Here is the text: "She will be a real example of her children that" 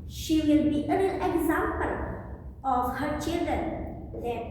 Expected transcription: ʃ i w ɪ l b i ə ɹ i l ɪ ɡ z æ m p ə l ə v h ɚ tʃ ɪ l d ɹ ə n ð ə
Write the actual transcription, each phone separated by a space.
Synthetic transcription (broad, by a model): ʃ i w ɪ l b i ə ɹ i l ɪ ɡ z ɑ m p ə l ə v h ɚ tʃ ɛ d ə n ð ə